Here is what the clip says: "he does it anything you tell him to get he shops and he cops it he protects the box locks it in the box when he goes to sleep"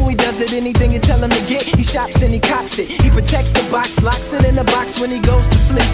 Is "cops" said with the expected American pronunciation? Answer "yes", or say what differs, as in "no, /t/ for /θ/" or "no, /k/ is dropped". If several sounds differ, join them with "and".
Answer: yes